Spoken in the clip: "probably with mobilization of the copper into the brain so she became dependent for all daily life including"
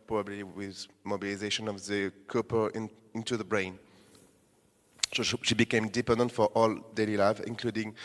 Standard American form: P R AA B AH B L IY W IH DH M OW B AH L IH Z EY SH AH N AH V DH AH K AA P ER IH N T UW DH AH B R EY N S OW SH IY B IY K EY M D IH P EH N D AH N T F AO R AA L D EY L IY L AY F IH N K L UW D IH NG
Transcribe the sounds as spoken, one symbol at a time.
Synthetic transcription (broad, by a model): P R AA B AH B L IY W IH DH M OW B AH L IH Z EY SH AH N AH V DH AH K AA P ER IH N T UW DH AH B R EY N S OW SH IY B IY K EY M D IH P EH N D AH N T F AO R AA L D EY L IY L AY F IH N K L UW D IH NG